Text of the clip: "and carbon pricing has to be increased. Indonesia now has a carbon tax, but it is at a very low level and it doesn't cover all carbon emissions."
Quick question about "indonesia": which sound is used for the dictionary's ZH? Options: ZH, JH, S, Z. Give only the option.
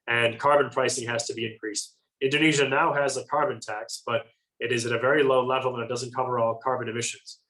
ZH